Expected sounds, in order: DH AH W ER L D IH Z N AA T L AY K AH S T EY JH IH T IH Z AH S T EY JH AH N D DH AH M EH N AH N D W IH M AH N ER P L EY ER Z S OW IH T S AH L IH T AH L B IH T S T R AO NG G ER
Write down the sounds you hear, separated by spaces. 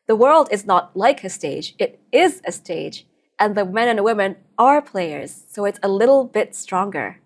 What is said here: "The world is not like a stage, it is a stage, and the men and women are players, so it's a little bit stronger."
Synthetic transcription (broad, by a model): DH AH W ER L D IH Z N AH T L AY K AH S T EY JH IH T IH Z AH S T EY JH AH N DH AH M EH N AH N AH W IH M AH N ER P L EY ER Z S OW IH T S AH L IH T L B IH T S T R AO NG G ER